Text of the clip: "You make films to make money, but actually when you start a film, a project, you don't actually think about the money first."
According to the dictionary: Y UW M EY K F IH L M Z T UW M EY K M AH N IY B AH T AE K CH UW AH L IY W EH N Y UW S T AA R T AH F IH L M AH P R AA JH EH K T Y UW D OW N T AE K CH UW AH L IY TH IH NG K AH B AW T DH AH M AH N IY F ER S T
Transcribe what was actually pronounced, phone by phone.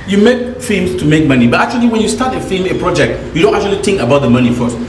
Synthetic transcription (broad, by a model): Y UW M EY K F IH M S T UW M EY K M AH N IY B AH T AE K CH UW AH L IY W EH N Y UW S T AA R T AH F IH M AH P R AA JH EH K T Y UW D OW N T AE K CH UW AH L IY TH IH NG K AH B AW T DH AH M AH N IY F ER S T